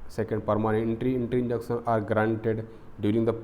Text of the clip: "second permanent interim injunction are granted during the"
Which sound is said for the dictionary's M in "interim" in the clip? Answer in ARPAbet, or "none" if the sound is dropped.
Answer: none